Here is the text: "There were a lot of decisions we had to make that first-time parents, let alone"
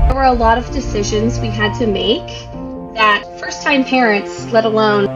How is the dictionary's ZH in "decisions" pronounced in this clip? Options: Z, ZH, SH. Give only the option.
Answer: ZH